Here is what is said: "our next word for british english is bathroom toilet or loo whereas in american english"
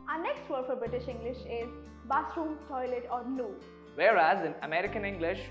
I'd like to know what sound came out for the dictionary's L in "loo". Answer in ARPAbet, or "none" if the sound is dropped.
N